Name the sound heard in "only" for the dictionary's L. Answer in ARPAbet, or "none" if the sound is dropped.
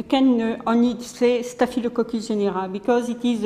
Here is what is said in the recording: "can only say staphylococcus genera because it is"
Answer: none